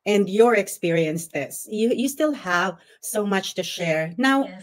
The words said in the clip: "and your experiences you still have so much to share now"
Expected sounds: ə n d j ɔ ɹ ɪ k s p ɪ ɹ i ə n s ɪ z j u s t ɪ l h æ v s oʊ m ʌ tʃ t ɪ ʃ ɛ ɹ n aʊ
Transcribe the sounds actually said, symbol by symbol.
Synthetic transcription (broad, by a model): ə n d j ɔ ɹ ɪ k s p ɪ ɹ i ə n s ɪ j j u s t ɪ l h æ v s oʊ m ʌ tʃ t ɪ ʃ ɛ ɹ n aʊ